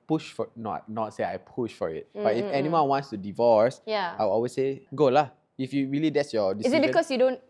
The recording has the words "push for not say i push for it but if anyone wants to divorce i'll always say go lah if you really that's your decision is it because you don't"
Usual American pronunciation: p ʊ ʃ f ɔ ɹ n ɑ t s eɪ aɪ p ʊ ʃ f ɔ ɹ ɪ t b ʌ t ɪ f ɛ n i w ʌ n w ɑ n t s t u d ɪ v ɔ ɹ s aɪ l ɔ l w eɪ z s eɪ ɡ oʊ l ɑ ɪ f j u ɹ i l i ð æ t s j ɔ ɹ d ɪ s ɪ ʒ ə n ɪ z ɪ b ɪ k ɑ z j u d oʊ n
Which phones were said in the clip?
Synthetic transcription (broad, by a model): p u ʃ f ɔ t n ɑ t s eɪ aɪ p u ʃ f ɔ ɹ ɪ t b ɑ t ɪ f ɛ n i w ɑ n w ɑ n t s t u d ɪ v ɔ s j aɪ w ɔ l w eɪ s eɪ ɡ oʊ l ɑ ɪ f j u ɹ i l i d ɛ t s j ɔ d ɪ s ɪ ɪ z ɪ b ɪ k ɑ s j u d oʊ n